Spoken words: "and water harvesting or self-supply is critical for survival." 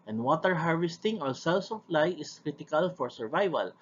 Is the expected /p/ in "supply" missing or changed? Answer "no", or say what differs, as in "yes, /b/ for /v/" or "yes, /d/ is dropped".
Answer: yes, /f/ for /p/